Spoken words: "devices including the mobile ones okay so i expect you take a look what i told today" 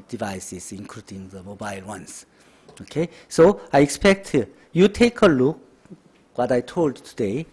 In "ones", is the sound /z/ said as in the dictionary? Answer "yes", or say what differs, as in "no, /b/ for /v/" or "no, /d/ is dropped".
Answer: no, /s/ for /z/